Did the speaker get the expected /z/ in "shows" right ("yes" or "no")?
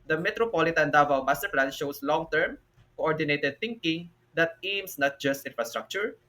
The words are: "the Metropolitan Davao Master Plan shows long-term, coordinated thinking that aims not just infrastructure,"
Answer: no